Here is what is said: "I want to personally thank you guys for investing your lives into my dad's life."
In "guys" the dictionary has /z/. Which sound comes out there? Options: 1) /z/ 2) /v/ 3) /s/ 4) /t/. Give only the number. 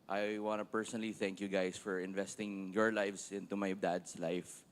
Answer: 3